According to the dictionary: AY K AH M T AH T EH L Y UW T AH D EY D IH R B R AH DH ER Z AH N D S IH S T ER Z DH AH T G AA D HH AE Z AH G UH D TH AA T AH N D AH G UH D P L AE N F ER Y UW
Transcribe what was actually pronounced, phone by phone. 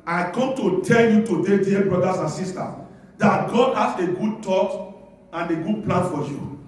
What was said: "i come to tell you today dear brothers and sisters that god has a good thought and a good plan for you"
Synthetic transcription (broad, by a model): AY K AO M T AH T EH L Y UW T AH D EY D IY B R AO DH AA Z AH N S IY S T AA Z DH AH T G AA D HH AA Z AH G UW D T AA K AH N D AH G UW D P L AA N F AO Y UW